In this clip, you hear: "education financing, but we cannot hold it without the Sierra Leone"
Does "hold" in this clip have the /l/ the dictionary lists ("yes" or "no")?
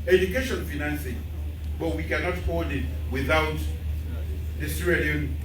no